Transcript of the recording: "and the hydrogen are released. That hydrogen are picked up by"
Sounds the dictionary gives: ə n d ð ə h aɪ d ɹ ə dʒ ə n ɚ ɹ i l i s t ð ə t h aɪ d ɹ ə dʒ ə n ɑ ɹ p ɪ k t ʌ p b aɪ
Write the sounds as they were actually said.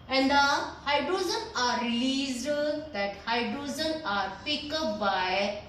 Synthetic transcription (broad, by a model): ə n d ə h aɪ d ɹ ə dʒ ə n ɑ ɹ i l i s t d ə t h aɪ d ɹ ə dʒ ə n ɑ ɹ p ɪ k ʌ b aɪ